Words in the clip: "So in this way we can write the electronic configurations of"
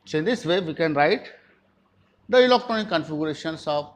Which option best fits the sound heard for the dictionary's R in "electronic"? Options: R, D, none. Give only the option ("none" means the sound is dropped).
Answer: none